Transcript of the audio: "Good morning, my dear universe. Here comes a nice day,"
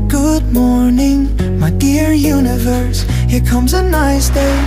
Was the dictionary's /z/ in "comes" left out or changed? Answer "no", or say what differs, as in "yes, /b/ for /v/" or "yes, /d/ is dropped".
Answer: no